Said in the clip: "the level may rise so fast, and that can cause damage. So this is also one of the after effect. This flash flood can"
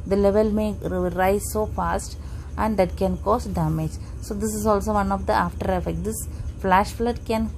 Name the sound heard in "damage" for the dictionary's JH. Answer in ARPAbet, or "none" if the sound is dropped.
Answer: JH